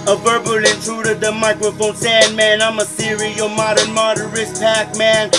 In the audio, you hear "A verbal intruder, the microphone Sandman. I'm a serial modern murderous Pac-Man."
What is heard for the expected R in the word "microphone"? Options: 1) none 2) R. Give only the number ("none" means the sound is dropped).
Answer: 2